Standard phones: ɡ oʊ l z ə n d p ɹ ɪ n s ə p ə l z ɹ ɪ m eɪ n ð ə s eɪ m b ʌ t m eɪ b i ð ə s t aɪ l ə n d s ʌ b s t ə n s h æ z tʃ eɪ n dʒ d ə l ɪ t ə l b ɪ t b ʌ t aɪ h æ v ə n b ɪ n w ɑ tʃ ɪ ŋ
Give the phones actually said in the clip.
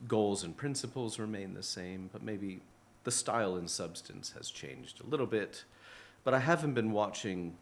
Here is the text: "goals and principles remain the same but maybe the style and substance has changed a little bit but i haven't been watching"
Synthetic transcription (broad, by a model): ɡ oʊ l z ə n p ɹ ɪ n s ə p l z ɹ ɪ m eɪ n ð ə s eɪ m b ʌ t m eɪ b i ð ə s t aɪ l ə n s ʌ b s t ə n s h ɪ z tʃ eɪ n dʒ d ə l ɪ t l b ɪ t b ʌ t aɪ h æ v n b ɪ n w ɑ tʃ ɪ ŋ